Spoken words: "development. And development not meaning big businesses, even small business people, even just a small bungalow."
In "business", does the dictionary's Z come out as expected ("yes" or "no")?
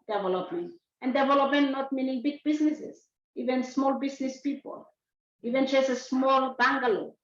no